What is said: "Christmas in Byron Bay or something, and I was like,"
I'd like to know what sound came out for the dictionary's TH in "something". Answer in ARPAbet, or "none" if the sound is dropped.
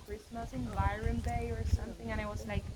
TH